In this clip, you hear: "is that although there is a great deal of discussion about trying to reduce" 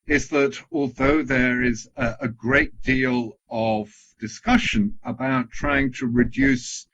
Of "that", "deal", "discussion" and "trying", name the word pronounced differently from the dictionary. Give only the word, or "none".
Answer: none